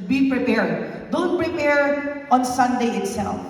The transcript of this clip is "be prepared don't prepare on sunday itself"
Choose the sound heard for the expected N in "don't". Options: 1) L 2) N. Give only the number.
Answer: 1